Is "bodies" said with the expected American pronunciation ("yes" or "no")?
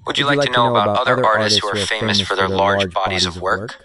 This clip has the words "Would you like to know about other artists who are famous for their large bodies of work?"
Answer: yes